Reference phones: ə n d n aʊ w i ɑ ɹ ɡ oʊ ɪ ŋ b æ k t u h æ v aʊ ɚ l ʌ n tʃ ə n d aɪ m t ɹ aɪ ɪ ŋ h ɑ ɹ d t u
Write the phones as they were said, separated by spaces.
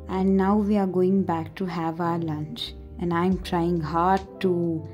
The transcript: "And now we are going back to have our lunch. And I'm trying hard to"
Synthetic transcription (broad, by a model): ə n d n aʊ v i ɑ ɹ ɡ oʊ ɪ ŋ b æ k t u h æ v aʊ ɚ l ʌ n tʃ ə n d aɪ m t ɹ aɪ ɪ ŋ h ɑ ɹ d t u